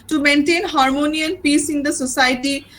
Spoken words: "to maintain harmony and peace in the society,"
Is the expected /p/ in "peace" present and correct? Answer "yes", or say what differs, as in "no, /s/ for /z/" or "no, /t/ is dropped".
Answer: yes